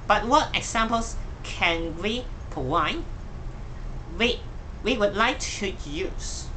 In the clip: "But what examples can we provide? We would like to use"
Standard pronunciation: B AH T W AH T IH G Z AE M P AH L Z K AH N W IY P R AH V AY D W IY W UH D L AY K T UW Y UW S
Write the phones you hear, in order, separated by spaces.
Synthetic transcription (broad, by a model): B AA T W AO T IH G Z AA M P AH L S K AH N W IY P AH W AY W W IY W UH D L AY K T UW Y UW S